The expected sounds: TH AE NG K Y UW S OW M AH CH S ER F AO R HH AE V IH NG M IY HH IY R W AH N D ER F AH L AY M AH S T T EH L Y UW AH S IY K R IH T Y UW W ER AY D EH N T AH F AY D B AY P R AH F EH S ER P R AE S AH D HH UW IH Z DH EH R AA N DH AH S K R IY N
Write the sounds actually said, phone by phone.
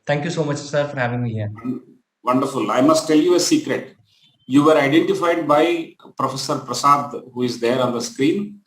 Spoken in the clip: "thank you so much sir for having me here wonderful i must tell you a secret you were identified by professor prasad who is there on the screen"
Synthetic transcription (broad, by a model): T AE NG K Y UW S OW M AH CH S ER F AO R HH AE V IH NG M IY HH IY R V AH N D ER F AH L AY M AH S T T EH L Y UW AH S IY K R IH T Y UW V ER AY D EH N T AH F AY D B AY P R AH F EH S ER P R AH S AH D HH UW IH Z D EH R AA N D AH S K R IY N